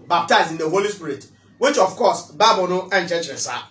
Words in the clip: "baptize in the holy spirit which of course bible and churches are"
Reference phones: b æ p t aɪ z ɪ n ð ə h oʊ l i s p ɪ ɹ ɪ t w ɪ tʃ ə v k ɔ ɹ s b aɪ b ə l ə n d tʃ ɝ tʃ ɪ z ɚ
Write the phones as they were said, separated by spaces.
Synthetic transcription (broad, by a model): b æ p t aɪ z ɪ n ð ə h oʊ l i s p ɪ ɹ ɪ t w ɪ tʃ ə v k ɔ s b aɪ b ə n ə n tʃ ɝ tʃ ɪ s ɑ